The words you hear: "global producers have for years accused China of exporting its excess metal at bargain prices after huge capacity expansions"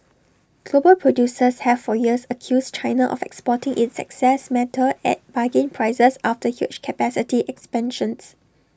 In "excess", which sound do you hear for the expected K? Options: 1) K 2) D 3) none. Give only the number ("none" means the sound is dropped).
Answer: 1